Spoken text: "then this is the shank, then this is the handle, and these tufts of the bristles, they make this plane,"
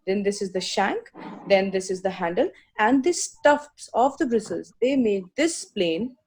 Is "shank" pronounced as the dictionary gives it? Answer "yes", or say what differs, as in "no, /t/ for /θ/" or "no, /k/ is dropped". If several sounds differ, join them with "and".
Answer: yes